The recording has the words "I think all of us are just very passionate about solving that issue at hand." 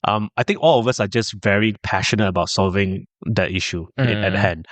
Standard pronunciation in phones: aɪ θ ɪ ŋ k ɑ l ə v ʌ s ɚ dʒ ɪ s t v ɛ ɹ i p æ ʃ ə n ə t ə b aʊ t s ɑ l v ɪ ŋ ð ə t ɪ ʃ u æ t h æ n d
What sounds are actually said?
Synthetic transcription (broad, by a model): aɪ t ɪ ŋ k ɑ l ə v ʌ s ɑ dʒ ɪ s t v ɛ ɹ i p æ ʃ ə n ə t ə b aʊ t s ɑ l v ɪ ŋ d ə t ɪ ʃ u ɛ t h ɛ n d